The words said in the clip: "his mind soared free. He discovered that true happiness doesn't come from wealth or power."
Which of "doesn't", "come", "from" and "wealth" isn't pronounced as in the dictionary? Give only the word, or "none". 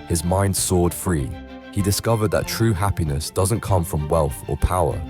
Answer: none